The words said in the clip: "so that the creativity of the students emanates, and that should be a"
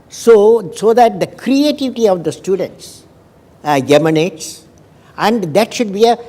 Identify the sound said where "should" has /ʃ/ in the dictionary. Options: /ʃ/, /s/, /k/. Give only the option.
/ʃ/